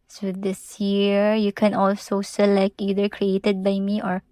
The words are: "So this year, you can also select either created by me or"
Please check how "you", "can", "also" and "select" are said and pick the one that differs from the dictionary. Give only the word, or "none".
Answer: select